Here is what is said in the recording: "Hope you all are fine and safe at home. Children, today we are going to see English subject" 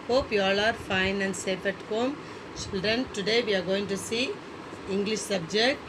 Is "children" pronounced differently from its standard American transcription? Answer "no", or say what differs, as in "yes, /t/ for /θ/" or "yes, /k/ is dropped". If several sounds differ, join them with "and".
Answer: yes, /l/ is dropped and /ɹ/ is dropped